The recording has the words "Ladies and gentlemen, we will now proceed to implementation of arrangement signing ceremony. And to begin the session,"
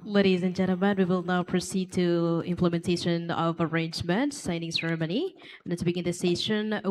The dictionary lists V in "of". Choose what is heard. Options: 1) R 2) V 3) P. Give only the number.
2